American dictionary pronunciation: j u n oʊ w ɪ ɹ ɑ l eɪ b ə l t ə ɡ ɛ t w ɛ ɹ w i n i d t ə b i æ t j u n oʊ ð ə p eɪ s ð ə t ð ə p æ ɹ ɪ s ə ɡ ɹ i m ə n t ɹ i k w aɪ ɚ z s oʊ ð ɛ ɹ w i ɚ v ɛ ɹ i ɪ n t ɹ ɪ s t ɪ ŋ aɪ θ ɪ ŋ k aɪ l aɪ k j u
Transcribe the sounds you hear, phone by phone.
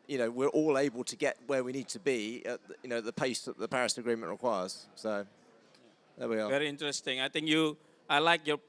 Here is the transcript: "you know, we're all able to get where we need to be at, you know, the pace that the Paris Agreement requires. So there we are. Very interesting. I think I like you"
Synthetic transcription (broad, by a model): j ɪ n oʊ w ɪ ɹ ɑ l eɪ b ə l t ə ɡ ɛ t w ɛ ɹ w i n i d t ə b i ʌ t j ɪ n oʊ ð ə p eɪ s ð ə t ð ə p æ ɹ ɪ s ə ɡ ɹ i m ə n t ɹ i k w aɪ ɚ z s oʊ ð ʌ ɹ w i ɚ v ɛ ɹ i ɪ n t ɹ ɪ s t ɪ ŋ aɪ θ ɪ ŋ k aɪ l aɪ k j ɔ